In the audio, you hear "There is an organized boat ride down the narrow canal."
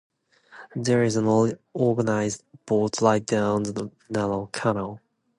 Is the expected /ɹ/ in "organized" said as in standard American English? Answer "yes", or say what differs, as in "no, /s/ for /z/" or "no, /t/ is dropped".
no, /l/ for /ɹ/